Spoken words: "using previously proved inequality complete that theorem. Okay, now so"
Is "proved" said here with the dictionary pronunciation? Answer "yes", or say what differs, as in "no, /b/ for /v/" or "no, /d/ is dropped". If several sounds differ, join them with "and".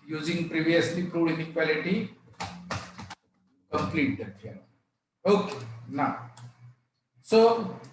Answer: no, /v/ is dropped